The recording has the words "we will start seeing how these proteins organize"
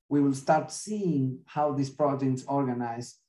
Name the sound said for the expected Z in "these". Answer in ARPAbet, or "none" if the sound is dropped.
S